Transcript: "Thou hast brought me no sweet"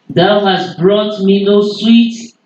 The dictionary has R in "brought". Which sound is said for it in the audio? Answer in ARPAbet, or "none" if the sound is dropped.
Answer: R